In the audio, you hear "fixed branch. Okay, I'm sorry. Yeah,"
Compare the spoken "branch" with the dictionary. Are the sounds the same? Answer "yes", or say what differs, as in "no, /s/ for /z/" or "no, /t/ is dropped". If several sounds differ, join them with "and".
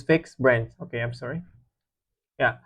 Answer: no, /s/ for /tʃ/